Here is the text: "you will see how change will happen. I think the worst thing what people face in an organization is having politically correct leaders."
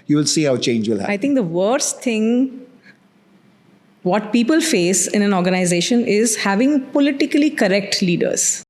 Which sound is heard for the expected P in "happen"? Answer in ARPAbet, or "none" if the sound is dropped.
none